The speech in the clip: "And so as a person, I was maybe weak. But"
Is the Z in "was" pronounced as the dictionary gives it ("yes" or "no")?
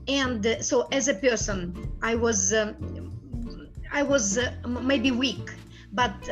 yes